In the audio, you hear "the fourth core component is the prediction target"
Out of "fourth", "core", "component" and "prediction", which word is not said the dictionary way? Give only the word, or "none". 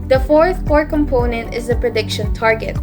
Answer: none